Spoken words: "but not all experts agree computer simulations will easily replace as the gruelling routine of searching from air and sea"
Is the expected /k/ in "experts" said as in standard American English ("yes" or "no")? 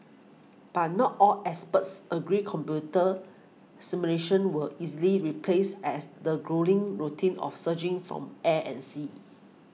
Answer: no